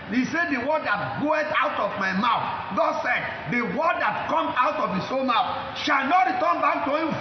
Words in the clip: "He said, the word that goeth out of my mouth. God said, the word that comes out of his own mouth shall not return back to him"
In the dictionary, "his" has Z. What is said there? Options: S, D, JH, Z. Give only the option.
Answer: S